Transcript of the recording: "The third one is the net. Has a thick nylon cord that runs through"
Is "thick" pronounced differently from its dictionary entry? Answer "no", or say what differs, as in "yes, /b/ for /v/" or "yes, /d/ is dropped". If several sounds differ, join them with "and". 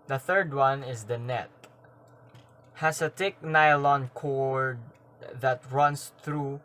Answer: yes, /t/ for /θ/